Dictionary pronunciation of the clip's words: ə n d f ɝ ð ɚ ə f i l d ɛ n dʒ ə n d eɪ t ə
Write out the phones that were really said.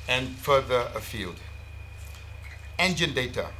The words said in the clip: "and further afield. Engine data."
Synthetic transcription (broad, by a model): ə n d f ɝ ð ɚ ə f i l d ɛ n dʒ ə n d eɪ t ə